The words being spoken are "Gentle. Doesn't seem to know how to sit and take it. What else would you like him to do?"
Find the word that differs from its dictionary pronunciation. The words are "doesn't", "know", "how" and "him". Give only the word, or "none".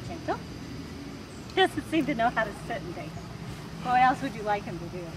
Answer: doesn't